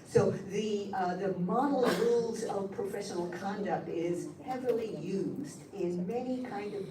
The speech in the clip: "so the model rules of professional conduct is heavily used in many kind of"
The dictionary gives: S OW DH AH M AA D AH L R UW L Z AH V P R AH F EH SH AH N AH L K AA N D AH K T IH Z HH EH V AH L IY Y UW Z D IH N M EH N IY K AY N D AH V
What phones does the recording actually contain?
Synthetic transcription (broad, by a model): S OW DH AH M AA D L R UW L Z AH V P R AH F EH SH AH N L K AA N D AH K T IH Z HH EH V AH L IY Y UW Z D IH N M EH N IY K AY N D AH V